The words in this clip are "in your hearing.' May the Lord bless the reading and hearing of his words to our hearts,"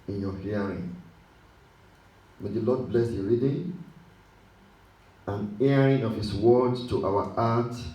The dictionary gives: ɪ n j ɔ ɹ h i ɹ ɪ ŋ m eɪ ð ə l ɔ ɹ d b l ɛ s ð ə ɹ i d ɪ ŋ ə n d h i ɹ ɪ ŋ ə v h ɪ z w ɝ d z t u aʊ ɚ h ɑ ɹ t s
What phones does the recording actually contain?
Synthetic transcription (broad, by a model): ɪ n j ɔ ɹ h i ɹ ɪ ŋ m eɪ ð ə l ɔ d b l ɛ s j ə ɹ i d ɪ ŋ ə n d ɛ ɹ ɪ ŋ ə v h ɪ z w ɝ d t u aʊ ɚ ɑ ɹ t